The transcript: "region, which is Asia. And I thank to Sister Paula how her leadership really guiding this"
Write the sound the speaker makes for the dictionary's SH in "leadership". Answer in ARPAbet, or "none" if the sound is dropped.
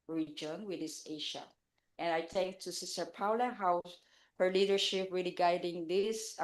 SH